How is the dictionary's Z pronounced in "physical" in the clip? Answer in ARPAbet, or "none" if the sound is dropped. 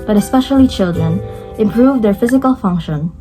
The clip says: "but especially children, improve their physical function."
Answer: Z